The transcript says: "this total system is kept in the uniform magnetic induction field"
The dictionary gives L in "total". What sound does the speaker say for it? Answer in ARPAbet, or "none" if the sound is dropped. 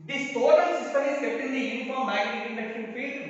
N